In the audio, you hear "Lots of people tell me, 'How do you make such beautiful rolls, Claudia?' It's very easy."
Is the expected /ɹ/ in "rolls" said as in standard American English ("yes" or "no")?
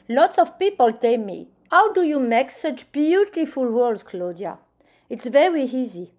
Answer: no